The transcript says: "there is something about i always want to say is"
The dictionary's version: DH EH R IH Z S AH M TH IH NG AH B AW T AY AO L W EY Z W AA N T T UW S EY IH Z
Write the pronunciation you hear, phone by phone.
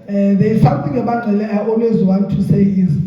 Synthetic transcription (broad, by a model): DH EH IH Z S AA M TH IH NG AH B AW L AY AO L W EY Z W AA N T T UW S EY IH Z